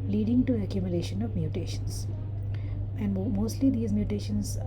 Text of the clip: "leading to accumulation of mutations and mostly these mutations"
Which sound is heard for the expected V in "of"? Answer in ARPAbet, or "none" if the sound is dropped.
V